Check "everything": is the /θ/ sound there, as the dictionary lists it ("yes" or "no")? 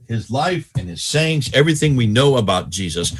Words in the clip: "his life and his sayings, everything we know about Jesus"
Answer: yes